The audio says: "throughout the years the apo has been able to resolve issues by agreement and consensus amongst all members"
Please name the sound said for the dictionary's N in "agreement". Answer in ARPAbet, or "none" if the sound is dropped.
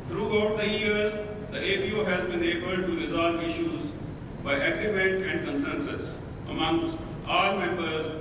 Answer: none